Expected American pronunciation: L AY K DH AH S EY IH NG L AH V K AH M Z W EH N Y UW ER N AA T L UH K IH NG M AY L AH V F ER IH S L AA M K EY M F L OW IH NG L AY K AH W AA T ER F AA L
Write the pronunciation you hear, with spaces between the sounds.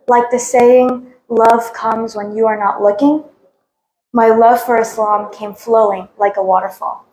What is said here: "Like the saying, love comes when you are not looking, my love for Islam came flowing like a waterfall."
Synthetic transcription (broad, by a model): L AY K DH AH S EY IH NG L AH V K AH M Z W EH N Y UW ER N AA T L UH K IH NG M AY L AH V F ER IH S L AA M K EY M F L OW IH NG L AY K AH W AA T ER F AA L